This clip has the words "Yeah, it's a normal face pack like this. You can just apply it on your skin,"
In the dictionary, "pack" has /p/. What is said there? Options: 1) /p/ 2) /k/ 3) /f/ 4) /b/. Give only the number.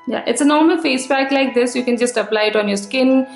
4